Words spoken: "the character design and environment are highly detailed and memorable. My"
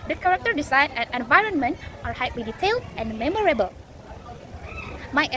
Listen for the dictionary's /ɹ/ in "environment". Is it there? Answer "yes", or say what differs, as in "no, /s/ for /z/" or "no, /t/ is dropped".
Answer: yes